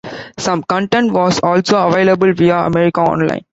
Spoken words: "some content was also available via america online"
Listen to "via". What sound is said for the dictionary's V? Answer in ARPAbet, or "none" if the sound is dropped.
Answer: V